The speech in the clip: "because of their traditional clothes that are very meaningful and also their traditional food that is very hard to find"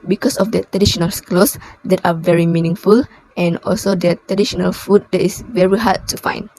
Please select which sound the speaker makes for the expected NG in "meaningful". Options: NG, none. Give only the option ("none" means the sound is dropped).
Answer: NG